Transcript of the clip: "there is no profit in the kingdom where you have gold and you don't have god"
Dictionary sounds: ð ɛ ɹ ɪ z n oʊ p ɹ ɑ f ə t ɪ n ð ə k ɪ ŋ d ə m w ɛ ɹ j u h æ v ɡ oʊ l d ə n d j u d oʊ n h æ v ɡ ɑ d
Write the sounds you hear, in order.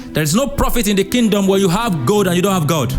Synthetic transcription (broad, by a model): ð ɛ ɹ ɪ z n oʊ p ɹ ɑ f ə t ɪ n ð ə k ɪ ŋ d ə m w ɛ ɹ j u h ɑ v ɡ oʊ d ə n j u d oʊ n h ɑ v ɡ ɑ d